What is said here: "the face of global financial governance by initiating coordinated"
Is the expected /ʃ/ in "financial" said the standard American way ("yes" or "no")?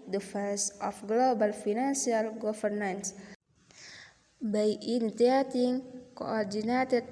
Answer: no